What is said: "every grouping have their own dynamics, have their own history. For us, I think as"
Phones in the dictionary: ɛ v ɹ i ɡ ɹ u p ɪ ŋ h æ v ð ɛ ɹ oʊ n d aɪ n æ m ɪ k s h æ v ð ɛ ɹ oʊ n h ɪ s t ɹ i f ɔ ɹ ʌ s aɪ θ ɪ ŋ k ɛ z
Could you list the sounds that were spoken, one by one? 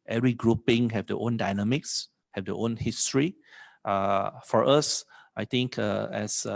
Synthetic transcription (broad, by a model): ɛ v ɹ i ɡ ɹ u p ɪ ŋ h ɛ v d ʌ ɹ oʊ n d aɪ n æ m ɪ k s h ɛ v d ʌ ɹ oʊ n h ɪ s t ɹ i f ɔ ɹ ʌ s aɪ t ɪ ŋ k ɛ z